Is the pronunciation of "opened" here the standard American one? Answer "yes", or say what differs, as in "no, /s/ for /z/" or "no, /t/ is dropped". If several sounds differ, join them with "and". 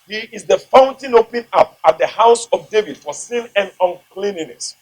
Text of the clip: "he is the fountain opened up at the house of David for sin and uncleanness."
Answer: no, /d/ is dropped